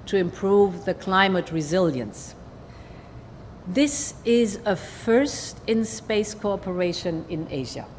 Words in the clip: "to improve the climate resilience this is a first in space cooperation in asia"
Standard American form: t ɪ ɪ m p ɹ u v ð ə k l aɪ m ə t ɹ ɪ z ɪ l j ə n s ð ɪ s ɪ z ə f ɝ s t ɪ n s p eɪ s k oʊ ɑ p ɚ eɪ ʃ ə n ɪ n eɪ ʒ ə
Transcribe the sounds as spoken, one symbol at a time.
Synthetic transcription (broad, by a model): t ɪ ɪ m p ɹ u v ð ə k l aɪ m ə t ɹ ɪ z ɪ l j ə n s ð ɪ s ɪ z ə f ɝ s t ɪ n s p eɪ s k oʊ ɑ p ɚ eɪ ʃ ə n ɪ n eɪ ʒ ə